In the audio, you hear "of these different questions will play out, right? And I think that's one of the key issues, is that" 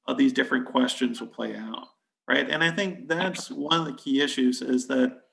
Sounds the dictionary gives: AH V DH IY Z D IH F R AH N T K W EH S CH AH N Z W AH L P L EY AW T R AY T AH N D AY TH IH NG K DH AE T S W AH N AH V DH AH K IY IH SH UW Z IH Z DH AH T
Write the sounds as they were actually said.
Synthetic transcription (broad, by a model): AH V DH IY Z D IH F R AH N K W EH S CH AH N Z W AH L P L EY AW T R AY T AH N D AY TH IH NG K DH AE T S W AH N AH V DH AH K IY IH SH UW Z IH Z DH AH T